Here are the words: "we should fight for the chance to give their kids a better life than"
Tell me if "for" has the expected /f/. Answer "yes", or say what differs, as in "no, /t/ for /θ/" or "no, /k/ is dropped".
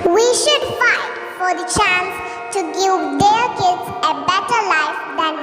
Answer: yes